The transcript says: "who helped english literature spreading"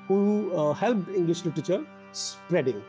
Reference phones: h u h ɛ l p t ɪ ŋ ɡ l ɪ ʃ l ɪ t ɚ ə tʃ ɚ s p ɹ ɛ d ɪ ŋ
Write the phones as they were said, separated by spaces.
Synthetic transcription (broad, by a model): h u h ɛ l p ɪ ŋ ɡ l ɪ ʃ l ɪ t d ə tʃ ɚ s p ɹ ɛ d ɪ ŋ